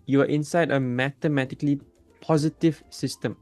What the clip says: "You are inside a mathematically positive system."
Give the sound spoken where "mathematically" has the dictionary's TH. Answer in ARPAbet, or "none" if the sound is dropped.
T